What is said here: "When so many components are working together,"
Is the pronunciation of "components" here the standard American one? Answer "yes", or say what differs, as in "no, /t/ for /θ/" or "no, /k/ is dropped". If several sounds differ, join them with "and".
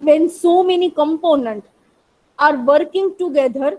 no, /s/ is dropped